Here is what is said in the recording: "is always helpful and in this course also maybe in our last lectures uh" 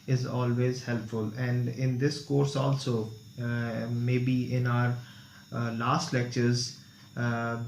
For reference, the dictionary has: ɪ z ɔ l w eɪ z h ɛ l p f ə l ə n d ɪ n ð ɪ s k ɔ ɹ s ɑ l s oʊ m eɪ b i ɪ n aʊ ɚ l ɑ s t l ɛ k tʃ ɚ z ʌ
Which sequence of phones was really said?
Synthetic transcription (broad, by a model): ɪ z ɔ l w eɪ z h ɛ l p f ə l ə n d ɪ n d ɪ s k ɔ ɹ s ɑ l s oʊ m eɪ b i ɪ n aʊ ɚ l ɑ s t l ɛ k tʃ ɚ z